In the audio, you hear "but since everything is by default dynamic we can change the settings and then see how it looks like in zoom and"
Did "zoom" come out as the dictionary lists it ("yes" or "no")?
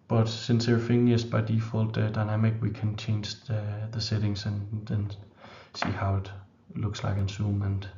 no